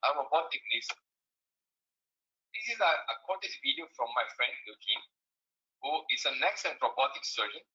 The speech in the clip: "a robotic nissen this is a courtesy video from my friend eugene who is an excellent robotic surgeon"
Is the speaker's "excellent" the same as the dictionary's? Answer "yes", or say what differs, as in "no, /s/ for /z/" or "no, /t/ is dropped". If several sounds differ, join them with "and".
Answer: no, /l/ is dropped